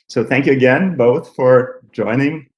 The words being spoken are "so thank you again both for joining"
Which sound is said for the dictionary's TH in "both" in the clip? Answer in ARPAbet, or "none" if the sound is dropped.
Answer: TH